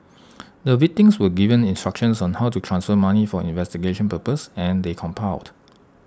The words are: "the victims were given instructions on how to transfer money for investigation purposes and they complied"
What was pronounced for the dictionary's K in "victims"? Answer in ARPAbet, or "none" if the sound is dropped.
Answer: none